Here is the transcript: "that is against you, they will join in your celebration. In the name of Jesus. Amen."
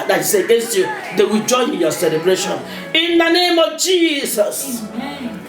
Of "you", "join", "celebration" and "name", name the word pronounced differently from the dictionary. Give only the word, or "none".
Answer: join